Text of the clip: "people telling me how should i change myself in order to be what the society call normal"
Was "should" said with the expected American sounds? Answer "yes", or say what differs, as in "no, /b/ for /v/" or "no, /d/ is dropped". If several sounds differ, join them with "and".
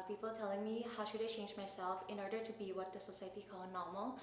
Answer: yes